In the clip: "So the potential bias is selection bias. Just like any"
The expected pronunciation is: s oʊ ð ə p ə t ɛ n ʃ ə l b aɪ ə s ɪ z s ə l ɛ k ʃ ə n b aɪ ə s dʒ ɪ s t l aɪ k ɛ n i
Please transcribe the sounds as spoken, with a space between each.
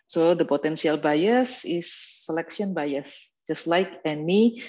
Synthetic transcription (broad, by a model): s oʊ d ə p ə t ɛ n s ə l b aɪ ə s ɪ s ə l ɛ k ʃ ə n b aɪ ə s dʒ ɪ s t l aɪ k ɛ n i